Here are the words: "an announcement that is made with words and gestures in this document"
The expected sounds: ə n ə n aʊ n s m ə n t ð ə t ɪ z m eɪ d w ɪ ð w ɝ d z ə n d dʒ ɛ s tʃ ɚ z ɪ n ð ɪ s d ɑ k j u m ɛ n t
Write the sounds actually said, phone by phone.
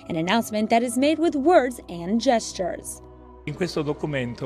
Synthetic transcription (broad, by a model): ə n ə n aʊ n s m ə n ð ə t ɪ z m eɪ d w ɪ ð w ɝ d z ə n dʒ ɛ s tʃ ɚ z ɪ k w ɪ s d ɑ k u m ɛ n t